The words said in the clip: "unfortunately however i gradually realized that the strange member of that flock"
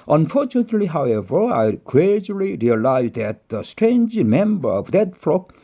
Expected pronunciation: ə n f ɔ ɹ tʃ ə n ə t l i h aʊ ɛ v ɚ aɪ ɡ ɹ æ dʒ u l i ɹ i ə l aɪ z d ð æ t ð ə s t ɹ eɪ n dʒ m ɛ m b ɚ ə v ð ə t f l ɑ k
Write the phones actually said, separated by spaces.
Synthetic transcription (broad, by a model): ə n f ɔ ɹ tʃ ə n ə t l i h aʊ ɛ v ɚ aɪ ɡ ɹ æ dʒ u l i ɹ i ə l aɪ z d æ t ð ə s t ɹ eɪ n dʒ m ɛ m b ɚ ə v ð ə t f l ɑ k